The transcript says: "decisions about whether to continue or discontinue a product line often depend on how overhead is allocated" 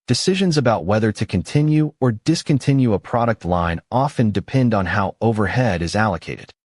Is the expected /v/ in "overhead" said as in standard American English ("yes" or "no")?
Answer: yes